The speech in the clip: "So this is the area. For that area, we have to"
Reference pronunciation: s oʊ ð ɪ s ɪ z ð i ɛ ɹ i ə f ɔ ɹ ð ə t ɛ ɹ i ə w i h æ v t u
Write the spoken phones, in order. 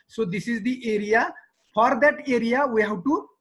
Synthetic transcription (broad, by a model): s oʊ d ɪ s ɪ z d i ɛ ɹ i ə f ɔ ɹ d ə t ɛ ɹ i ə w i h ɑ w t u